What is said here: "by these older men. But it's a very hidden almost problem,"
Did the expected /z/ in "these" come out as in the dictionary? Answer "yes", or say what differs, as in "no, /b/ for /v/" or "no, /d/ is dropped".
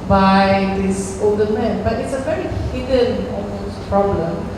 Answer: no, /s/ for /z/